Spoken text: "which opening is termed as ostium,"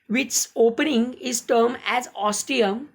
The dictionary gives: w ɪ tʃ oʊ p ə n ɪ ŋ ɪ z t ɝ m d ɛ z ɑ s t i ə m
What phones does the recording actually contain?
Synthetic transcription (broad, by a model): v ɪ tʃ oʊ p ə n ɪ ŋ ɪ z t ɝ m ɛ z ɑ s t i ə m